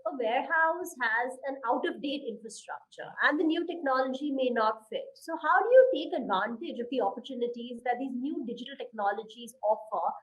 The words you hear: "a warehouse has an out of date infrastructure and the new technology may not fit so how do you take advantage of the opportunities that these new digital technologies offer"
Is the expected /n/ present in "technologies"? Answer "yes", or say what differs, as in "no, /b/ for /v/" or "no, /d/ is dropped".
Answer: yes